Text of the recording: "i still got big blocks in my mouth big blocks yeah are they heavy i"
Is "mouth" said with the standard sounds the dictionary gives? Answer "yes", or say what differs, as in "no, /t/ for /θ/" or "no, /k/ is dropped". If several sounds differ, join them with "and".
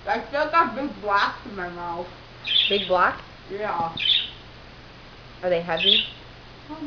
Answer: no, /f/ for /θ/